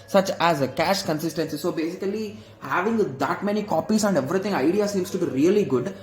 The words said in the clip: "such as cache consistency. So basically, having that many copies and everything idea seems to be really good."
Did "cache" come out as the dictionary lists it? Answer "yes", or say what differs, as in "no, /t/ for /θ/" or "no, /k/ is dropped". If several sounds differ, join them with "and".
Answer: yes